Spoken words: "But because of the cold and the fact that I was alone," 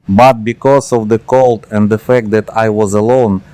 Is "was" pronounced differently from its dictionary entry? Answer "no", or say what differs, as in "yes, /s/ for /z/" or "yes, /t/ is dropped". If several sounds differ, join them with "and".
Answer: no